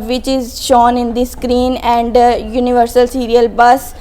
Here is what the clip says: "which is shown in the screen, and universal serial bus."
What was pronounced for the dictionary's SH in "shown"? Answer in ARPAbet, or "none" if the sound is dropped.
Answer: SH